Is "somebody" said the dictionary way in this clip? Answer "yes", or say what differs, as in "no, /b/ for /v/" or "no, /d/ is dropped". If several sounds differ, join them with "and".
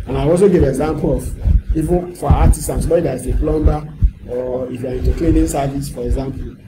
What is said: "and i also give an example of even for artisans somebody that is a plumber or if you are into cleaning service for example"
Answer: no, /m/ is dropped